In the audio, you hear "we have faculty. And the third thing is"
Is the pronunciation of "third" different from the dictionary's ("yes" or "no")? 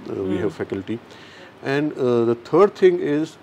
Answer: yes